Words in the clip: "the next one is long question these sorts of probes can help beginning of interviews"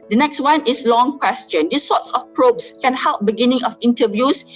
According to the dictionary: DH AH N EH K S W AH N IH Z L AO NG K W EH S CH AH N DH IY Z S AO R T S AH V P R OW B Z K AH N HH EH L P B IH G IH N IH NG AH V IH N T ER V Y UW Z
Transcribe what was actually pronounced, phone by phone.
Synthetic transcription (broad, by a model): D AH N EH K S W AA N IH S L AO NG K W EH S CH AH N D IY S AO T S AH F P R OW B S K AH N HH EH L P B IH G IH N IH NG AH F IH N T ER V Y UW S